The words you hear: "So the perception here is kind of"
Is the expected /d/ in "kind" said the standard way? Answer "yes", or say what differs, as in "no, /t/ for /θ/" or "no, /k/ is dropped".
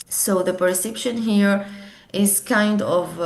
yes